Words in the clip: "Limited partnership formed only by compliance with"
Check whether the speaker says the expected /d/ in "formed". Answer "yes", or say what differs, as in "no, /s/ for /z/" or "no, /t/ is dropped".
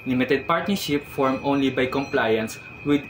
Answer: no, /d/ is dropped